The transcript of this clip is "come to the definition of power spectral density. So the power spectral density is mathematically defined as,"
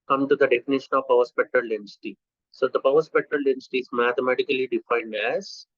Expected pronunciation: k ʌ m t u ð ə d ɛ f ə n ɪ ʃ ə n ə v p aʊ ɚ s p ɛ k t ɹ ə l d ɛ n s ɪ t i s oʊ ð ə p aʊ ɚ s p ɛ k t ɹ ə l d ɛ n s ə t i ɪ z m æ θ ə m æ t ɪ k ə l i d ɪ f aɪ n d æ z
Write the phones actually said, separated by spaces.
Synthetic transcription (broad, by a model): k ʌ m t u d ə d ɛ f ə n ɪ ʃ ə n ə v p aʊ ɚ s p ɛ k t ɹ ə l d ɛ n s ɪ t i s oʊ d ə p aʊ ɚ s p ɛ k t ɹ ə l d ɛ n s t i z m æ t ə m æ t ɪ k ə l i d ɪ f aɪ n d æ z